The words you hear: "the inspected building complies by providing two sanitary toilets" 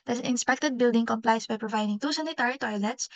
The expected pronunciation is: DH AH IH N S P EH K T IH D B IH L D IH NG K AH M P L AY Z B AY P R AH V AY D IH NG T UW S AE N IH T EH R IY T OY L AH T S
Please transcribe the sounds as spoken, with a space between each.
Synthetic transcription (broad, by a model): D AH IH N S P EH K T IH D B IH L D IH NG K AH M P L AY S B AY P R AH V AY D IH NG T UW S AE N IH T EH R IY T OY L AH T S